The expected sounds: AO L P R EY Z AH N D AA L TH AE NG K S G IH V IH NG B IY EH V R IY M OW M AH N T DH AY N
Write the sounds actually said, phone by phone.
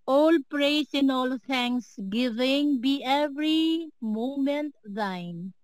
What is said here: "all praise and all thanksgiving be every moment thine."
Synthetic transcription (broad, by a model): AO L P R EY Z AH N AA L T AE NG K S G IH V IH NG B IY EH V R IY M OW M AH N T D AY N